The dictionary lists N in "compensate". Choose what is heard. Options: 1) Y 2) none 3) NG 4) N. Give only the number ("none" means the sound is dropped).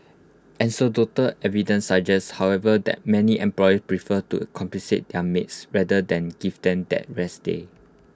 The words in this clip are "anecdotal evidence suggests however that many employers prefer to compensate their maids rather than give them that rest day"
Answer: 2